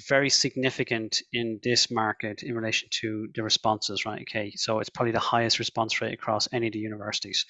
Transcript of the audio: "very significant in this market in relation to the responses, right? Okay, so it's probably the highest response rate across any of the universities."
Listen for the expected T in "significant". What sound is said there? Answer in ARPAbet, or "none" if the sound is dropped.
T